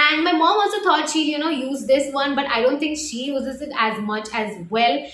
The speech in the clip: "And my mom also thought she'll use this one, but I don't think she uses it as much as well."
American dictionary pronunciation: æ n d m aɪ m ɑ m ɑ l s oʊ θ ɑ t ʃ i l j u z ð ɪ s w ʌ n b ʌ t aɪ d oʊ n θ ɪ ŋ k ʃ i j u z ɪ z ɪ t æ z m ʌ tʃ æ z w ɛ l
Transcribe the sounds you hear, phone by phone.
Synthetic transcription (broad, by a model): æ n d m aɪ m ɑ m ɑ l s oʊ t ɑ t ʃ i n j u z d ɪ s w ʌ n b ʌ t aɪ d oʊ n t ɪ ŋ k ʃ i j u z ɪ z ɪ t æ z m ʌ tʃ æ z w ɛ l